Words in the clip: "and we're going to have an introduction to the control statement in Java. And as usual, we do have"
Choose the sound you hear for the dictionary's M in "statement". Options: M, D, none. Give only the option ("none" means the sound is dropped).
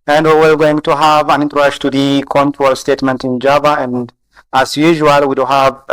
M